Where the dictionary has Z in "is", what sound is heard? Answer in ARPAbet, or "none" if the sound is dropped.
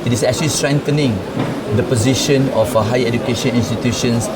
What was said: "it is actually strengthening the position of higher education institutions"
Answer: S